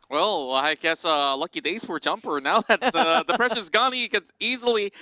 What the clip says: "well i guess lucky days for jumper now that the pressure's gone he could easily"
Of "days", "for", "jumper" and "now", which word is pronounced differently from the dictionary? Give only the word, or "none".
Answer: none